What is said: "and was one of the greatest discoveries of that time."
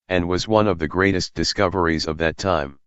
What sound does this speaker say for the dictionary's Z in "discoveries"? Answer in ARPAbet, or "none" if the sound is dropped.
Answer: Z